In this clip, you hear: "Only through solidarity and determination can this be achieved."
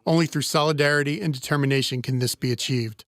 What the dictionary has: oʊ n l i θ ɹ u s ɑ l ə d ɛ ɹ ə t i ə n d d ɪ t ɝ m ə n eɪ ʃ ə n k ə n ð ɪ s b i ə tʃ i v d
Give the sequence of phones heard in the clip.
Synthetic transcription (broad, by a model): oʊ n l i θ ɹ u s ɑ l ə d ɛ ɹ ə t i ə n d d ɪ t ɝ m ə n eɪ ʃ ə n k ə n ð ɪ s b i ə tʃ i v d